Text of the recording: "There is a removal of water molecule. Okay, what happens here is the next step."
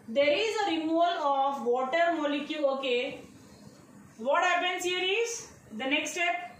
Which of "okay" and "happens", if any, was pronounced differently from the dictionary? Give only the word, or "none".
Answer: happens